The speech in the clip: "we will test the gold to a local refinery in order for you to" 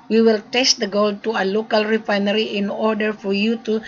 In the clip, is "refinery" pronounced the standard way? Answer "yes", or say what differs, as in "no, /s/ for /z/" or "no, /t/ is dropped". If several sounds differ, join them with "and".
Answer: yes